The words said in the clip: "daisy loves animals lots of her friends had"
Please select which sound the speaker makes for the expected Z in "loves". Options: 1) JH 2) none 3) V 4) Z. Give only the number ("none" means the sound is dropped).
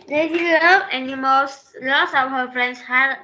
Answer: 2